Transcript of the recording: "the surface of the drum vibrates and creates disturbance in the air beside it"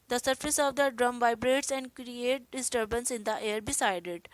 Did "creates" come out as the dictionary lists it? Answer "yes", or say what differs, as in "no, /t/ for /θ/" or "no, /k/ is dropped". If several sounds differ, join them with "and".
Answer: no, /s/ is dropped